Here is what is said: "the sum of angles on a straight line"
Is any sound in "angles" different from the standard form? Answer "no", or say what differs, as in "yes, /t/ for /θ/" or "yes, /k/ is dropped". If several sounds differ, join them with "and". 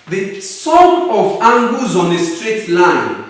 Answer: yes, /l/ is dropped